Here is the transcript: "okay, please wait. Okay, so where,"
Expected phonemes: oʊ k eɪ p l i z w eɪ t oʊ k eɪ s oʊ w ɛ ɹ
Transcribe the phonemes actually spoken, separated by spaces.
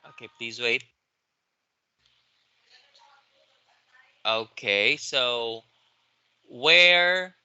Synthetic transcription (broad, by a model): oʊ k eɪ p l i z w eɪ t oʊ k eɪ s oʊ w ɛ ɹ